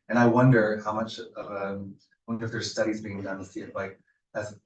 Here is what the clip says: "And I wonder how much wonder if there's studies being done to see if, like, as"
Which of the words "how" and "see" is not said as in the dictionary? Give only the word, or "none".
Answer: see